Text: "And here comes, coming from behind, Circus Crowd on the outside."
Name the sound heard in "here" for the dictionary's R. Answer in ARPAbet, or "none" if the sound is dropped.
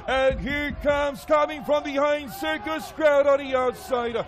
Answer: R